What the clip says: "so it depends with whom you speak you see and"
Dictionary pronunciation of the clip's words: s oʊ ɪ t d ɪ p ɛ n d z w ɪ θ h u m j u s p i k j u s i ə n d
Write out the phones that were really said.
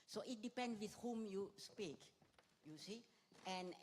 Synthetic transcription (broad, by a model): s oʊ ɪ t d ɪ p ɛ n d w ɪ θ h u m j u s p i k j u s i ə n